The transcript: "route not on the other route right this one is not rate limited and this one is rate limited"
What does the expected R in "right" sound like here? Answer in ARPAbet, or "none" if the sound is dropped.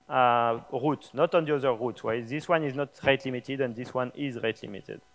W